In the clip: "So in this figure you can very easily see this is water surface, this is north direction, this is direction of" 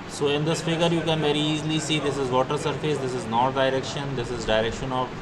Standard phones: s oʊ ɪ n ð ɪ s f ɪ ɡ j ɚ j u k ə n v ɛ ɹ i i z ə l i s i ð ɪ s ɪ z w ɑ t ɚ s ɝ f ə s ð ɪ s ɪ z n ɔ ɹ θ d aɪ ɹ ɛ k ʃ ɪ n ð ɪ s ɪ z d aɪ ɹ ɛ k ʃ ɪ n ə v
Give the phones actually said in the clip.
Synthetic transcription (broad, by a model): s oʊ ɪ n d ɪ s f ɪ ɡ ɚ j u k ə n v ɛ ɹ i i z l i s i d ɪ s ɪ z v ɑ t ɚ s ɝ f ə s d ɪ s ɪ z n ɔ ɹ d aɪ ɹ ɛ k ʃ ɪ n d ɪ s ɪ z d aɪ ɹ ɛ k ʃ ɪ n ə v